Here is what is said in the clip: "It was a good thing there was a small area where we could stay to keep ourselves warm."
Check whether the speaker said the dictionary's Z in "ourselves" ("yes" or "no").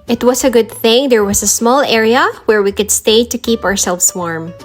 no